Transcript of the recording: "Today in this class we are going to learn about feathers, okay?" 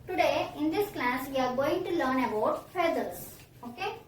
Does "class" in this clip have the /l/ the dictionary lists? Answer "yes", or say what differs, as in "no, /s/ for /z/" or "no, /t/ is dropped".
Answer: yes